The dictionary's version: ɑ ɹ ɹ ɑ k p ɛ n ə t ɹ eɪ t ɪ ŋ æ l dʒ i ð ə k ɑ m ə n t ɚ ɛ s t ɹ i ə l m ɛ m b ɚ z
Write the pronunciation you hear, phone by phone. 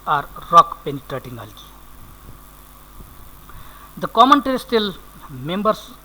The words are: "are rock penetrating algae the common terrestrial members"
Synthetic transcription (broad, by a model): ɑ ɹ ɹ ɑ k p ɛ n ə t ɹ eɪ t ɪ ŋ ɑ l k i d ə k ɑ m ə n t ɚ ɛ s t i l m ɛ m b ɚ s